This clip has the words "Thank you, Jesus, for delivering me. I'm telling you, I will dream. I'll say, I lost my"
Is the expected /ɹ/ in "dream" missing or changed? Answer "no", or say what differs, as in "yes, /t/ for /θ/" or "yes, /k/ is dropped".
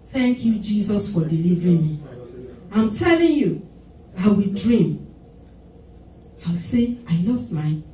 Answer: no